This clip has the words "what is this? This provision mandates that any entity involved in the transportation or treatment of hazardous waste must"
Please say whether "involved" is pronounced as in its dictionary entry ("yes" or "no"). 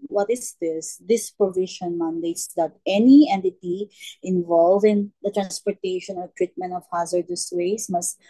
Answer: no